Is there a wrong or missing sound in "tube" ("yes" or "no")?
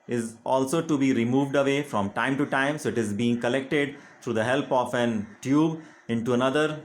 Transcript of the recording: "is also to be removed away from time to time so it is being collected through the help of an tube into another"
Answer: no